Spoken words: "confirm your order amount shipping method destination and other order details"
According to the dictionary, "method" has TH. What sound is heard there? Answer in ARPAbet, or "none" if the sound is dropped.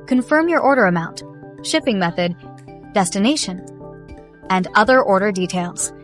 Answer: TH